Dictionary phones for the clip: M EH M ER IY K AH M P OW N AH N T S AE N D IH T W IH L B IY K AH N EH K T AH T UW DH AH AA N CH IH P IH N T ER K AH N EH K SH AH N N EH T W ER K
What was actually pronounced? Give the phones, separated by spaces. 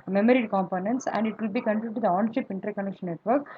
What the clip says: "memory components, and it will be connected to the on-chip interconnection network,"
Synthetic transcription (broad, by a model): M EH M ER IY K AH M P OW N AH N T S AE N D IH T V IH L B IY K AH N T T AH T UW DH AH AA N SH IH P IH N T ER K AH N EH K SH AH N N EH T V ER K